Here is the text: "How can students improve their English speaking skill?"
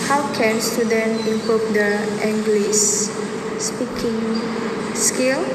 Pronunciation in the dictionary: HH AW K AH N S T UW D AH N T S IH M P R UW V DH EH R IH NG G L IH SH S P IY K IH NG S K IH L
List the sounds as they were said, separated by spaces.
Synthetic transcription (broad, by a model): HH AW K AH N S T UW D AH N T IH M P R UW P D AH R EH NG G L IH S S P IY K IH NG S K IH L